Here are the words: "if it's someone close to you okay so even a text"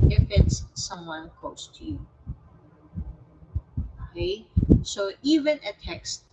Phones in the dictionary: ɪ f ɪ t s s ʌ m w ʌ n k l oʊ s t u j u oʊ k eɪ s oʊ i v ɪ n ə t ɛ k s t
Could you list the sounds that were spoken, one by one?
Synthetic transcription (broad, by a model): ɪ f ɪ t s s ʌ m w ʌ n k oʊ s t u j u oʊ k eɪ s oʊ i v ɪ n ə t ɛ k s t